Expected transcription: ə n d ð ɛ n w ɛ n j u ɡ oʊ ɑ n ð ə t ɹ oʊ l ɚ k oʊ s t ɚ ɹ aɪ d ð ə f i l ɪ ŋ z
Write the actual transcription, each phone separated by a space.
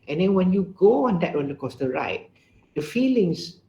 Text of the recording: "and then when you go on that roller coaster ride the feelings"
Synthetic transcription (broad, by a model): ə n d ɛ n w ɛ n j u ɡ oʊ ɑ n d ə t w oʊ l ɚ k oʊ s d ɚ ɹ aɪ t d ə f i l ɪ ŋ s